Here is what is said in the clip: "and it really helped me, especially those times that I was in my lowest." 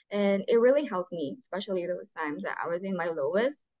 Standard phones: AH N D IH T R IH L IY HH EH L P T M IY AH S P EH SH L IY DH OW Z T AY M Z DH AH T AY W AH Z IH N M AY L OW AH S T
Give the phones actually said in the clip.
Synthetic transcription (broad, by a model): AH N IH T R IH L IY HH EH L P T M IY AH S P EH SH L IY DH OW Z T AY M Z DH AH T AY W AH Z IH N M AY L OW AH S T